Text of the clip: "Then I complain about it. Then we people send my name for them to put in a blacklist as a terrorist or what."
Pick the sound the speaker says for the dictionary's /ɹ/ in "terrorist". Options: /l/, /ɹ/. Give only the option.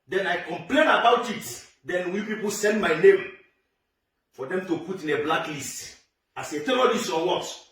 /l/